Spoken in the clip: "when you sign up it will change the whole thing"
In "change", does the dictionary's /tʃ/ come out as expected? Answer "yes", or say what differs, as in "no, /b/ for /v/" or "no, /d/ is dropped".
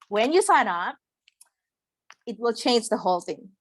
yes